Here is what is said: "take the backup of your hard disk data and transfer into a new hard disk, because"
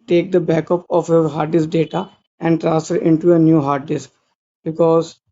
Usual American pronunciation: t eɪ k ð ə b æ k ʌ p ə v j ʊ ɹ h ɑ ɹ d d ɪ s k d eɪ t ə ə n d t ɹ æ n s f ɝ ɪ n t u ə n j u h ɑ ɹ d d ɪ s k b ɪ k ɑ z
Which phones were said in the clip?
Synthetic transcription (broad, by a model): t eɪ k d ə b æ k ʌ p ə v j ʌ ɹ h ɑ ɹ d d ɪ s d eɪ t ə ə n d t ɹ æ s ɝ ɪ n t u ə n j u h ɑ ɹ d d ɪ s k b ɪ k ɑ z